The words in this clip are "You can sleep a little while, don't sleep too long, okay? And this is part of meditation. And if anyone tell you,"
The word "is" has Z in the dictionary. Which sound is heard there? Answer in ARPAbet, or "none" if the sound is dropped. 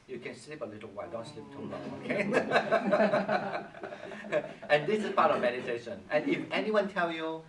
S